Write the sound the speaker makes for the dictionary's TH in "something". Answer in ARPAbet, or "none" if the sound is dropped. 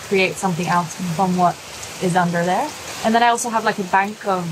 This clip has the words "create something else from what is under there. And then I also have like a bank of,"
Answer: TH